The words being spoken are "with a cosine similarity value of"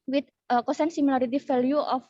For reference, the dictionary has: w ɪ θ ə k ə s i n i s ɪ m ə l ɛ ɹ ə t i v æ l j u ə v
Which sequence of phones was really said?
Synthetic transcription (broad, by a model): w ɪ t ə k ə s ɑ n s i m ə l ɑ ɹ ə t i f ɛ l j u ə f